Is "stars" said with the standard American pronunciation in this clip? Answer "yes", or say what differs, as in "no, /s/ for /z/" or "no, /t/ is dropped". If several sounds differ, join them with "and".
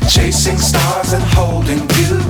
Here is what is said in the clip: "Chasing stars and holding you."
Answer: yes